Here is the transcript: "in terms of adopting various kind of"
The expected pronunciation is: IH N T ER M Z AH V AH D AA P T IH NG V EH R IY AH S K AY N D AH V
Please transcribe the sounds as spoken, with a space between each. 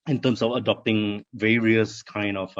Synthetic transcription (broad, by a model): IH N T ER M S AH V AH D AA P T IH NG V EH R IY AH S K AY N D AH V